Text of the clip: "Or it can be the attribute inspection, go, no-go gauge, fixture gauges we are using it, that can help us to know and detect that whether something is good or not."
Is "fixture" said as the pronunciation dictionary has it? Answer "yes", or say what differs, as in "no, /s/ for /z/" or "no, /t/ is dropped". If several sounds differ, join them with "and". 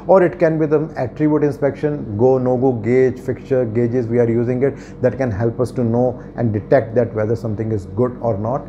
no, /s/ is dropped